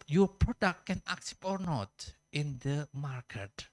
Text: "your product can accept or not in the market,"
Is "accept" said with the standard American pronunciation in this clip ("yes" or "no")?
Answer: no